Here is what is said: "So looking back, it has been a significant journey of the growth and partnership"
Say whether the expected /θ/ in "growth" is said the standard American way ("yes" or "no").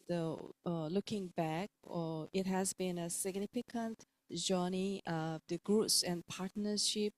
no